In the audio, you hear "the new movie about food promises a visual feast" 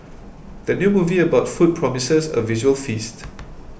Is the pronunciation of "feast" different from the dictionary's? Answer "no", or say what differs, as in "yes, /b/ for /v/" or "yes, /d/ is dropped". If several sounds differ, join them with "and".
no